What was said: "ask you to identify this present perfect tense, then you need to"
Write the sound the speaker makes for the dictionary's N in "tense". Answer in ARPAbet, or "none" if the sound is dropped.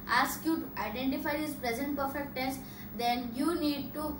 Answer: none